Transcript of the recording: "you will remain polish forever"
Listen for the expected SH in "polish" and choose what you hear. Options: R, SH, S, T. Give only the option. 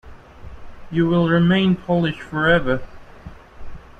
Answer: SH